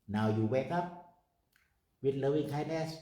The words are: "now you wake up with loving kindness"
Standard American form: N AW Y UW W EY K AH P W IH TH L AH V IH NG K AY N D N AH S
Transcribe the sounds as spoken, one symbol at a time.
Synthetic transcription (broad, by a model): N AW Y UW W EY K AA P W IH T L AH W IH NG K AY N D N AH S